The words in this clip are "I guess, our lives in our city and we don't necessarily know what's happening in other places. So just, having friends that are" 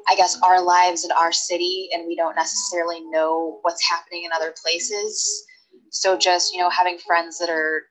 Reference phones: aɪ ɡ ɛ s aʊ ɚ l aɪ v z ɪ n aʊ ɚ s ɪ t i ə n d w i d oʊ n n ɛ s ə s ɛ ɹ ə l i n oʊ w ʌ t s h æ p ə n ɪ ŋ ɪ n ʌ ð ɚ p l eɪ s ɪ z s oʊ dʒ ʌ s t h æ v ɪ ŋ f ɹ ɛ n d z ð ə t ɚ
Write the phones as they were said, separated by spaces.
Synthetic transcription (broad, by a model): aɪ ɡ ɛ s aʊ ɚ l aɪ v z ɪ n aʊ ɚ s ɪ t i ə n w i d oʊ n n ɛ s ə s ɛ ɹ l i n oʊ w ʌ t s h æ p ə n ɪ ŋ ɪ n ʌ ð ɚ p l eɪ s ɪ z s oʊ dʒ ʌ s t h æ v ɪ ŋ f ɹ ɛ n d z ð ə t ɚ